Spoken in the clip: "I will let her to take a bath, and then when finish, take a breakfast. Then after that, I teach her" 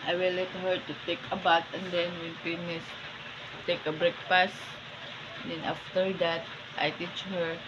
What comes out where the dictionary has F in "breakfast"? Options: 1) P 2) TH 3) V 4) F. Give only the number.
1